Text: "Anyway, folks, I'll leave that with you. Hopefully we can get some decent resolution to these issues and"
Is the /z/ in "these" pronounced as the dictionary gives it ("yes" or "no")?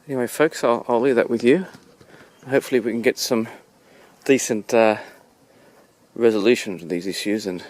yes